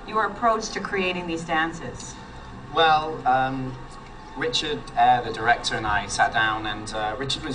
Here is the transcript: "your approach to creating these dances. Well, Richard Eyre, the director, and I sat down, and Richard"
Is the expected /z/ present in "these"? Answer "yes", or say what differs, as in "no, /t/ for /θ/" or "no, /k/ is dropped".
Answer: yes